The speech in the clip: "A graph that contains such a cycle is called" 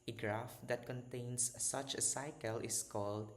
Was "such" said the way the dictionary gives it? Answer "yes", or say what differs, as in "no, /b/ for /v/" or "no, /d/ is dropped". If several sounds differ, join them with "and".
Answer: yes